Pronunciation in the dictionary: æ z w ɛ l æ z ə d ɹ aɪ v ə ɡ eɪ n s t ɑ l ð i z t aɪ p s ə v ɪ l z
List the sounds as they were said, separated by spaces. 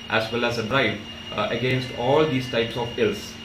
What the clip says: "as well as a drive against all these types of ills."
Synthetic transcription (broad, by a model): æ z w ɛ l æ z ə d ɹ aɪ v ə ɡ eɪ n s t ɑ l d i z t aɪ p s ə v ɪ l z